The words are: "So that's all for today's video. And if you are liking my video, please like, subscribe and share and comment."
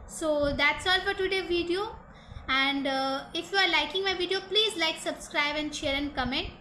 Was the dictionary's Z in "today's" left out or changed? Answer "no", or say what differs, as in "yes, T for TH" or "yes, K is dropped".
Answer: yes, Z is dropped